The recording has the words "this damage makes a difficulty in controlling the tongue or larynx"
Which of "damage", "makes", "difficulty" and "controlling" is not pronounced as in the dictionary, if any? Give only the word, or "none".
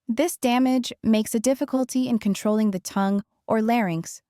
none